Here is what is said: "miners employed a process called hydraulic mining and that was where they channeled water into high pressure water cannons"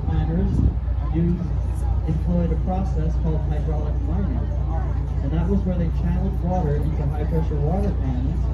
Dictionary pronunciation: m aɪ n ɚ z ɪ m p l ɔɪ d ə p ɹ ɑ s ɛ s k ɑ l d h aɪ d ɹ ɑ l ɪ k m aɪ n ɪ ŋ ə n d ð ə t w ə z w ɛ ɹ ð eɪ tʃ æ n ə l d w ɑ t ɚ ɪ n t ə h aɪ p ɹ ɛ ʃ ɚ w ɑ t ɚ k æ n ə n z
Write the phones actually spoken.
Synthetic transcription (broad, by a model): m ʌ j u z ɪ m p l ɔɪ d ə p ɹ ɑ s ɛ s k ɑ l d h aɪ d ɹ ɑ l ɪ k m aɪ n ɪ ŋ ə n ð ə t w ə z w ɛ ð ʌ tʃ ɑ ə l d w ɑ t ɚ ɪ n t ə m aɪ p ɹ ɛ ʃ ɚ w ɑ t ɚ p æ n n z